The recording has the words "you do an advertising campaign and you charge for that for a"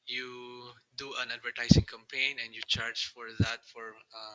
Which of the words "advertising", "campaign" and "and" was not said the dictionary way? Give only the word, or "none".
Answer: advertising